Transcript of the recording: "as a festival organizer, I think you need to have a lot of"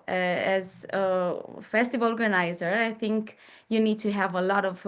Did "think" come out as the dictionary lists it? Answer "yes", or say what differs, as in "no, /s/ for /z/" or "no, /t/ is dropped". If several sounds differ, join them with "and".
yes